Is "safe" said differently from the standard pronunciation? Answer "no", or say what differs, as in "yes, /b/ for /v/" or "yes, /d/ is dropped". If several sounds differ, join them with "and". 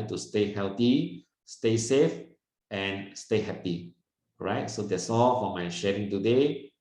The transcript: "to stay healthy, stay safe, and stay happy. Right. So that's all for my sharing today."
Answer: no